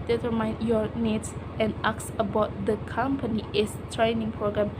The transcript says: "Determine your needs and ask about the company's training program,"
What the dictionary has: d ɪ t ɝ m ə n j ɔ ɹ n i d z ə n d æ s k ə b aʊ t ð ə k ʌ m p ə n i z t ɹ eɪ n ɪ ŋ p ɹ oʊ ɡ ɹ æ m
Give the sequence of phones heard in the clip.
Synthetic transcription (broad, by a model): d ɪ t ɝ m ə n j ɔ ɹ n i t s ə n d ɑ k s ə b aʊ t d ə k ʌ m p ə n i s t ɹ eɪ n ɪ ŋ p ɹ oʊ ɡ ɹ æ m